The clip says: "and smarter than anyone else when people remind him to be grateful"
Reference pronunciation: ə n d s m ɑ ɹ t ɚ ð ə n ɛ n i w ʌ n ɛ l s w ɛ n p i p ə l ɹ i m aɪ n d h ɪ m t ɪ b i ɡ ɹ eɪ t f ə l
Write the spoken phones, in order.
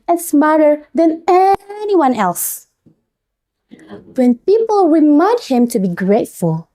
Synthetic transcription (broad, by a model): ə n s m ɑ ɹ t ɚ ð ə n ɛ n i w ʌ n ɛ l s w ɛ n p i p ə l w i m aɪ d h ɪ m t ɪ b i ɡ ɹ eɪ t f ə l